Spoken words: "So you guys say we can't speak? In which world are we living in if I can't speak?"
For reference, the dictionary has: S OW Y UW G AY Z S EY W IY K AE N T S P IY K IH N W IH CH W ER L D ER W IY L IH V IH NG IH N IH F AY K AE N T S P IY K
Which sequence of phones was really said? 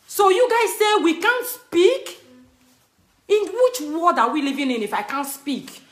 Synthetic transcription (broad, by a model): S OW Y UW G AY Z S EY W IY K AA N T S P IY K IH N W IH CH W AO D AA W IY L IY V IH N IH N IH F AY K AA N T S P IY K